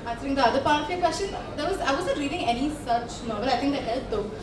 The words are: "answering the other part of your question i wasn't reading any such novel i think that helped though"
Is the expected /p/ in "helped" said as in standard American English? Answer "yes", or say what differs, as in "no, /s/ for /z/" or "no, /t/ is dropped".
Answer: no, /p/ is dropped